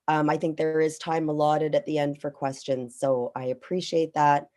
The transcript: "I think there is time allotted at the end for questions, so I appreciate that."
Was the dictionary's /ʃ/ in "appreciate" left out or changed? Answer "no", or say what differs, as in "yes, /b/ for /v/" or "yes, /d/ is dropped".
no